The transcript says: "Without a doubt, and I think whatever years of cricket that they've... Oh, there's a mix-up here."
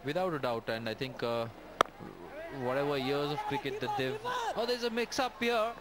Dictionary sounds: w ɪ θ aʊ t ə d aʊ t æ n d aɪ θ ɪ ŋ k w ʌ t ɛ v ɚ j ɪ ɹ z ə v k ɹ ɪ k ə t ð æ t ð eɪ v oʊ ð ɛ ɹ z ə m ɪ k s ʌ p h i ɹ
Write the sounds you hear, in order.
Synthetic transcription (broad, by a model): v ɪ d aʊ t ə d aʊ t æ n d aɪ t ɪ ŋ k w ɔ t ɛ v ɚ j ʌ ɹ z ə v k ɹ ɪ k ə t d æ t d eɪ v oʊ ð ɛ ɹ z ə m ɪ k s ʌ p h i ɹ